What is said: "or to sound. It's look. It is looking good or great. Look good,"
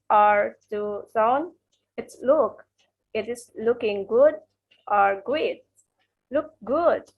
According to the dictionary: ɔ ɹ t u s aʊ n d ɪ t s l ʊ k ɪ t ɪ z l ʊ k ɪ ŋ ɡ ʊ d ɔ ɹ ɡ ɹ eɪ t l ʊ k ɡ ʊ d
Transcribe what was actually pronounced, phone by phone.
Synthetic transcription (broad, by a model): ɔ ɹ t u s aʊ n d ɪ t s l ʊ k ɪ t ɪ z l ʊ k ɪ ŋ ɡ ʊ d ɔ ɹ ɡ eɪ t l ʊ k ɡ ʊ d